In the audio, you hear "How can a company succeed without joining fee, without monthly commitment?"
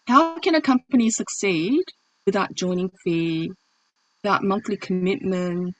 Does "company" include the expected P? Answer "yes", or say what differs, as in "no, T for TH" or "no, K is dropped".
yes